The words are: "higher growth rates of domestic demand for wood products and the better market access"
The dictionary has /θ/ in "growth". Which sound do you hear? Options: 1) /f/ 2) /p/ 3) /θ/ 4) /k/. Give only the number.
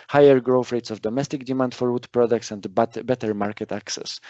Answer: 1